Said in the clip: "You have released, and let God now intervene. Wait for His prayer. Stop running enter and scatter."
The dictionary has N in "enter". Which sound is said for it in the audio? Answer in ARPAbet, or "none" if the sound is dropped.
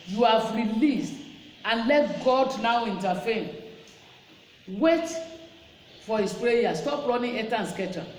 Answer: none